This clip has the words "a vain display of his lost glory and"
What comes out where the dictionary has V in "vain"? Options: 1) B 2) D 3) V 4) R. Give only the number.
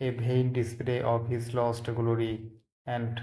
1